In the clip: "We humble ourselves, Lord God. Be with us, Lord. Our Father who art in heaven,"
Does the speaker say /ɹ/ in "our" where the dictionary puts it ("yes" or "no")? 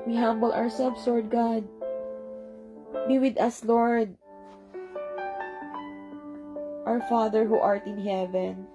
yes